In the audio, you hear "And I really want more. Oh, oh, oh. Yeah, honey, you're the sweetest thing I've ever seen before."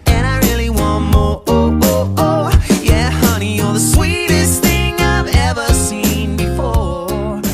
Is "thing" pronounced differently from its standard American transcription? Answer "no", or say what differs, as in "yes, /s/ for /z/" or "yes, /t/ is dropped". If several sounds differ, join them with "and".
no